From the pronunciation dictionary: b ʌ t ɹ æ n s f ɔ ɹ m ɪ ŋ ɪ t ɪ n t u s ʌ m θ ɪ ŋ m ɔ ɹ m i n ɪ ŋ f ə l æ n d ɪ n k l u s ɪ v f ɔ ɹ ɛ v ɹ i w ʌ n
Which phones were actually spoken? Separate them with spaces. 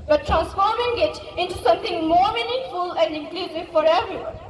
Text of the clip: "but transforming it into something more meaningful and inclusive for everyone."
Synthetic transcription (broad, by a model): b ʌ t ɹ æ n s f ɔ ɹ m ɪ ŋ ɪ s ɪ n t u s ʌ m t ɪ ŋ m ɔ ɹ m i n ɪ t f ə l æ n d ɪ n k l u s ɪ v f ɔ ɹ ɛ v ɹ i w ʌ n